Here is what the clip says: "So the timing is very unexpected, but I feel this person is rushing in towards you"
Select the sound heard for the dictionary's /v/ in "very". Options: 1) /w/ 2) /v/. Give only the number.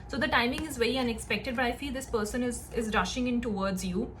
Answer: 2